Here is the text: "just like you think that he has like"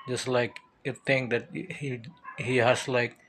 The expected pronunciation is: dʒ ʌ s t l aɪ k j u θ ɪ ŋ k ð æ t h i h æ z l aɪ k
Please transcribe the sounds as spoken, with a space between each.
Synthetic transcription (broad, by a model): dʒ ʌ s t l aɪ k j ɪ t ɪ ŋ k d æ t h i h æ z l aɪ k